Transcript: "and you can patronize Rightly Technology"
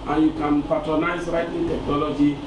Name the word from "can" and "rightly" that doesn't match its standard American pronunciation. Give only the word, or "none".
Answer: rightly